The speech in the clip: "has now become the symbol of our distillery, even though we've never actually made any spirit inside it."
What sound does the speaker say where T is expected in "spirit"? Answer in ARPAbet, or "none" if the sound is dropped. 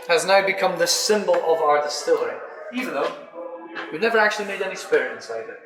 none